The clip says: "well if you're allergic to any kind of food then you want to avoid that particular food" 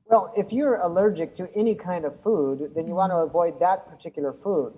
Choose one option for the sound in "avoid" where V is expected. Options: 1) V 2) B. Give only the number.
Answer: 1